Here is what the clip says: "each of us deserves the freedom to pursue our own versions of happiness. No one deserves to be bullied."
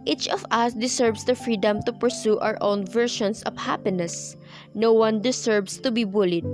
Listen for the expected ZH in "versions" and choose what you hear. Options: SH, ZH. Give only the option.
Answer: SH